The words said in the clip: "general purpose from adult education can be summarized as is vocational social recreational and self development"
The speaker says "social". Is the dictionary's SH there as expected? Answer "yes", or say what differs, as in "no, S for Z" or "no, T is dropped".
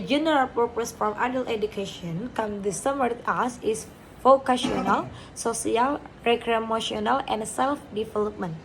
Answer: no, S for SH